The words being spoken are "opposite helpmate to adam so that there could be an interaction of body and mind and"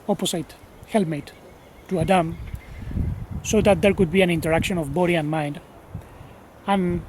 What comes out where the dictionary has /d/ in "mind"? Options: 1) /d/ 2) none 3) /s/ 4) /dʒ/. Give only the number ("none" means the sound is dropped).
1